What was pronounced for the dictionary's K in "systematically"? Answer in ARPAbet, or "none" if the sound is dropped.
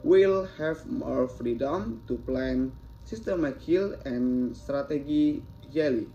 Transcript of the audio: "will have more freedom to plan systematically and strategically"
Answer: none